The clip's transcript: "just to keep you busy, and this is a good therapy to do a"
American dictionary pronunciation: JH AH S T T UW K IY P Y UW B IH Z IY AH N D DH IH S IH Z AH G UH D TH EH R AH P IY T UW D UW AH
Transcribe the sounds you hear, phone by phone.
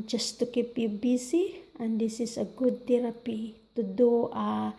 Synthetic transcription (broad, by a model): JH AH S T T UW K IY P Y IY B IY S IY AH N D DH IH S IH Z AH G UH D T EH R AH P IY T UW D UW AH